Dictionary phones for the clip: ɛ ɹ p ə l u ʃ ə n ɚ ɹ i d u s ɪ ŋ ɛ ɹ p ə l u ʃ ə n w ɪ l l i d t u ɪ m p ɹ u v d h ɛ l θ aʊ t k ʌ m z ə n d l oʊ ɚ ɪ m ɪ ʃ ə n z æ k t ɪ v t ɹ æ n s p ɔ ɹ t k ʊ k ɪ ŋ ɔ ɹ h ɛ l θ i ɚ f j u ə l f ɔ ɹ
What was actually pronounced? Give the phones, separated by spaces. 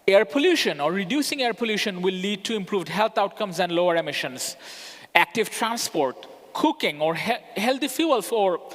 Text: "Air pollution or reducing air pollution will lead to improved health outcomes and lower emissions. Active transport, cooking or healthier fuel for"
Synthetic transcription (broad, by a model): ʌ ɹ p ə l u ʃ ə n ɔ ɹ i d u s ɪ ŋ ɛ ɹ p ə l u ʃ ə n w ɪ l l i d t u ɪ m p ɹ u v d h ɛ l t aʊ t k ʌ m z ə n d l oʊ ɚ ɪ m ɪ ʃ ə n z æ k t ɪ v t ɹ æ n s p ɔ ɹ t k ʊ k ɪ ŋ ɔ ɹ h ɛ l t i f j u ə l f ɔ ɹ